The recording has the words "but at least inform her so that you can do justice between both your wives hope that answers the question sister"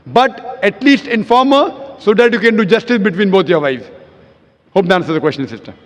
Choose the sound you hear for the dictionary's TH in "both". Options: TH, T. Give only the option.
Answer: T